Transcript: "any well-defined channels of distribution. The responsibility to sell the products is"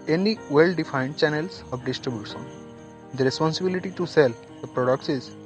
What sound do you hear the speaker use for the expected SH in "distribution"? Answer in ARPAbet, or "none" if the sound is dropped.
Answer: S